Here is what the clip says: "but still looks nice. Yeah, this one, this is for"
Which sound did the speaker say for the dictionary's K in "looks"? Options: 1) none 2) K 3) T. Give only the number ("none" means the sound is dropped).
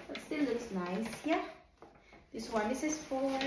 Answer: 1